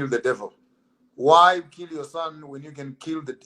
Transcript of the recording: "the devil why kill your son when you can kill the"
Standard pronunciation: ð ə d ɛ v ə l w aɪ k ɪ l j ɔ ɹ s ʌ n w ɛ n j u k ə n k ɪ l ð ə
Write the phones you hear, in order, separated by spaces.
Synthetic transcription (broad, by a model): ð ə d ɛ v ə l w aɪ k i l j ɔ s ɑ n w ɛ n j u k ə n k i l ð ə